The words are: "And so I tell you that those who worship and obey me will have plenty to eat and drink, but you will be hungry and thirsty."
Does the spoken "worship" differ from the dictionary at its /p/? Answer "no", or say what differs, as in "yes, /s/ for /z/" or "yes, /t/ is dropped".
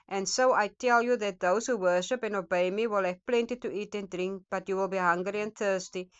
no